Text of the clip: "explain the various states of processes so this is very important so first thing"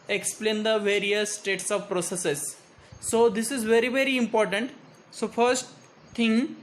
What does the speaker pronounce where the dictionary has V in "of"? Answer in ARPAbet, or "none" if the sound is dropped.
V